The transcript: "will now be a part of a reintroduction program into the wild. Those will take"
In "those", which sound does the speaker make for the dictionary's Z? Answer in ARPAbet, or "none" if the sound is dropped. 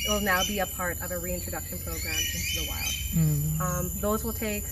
Z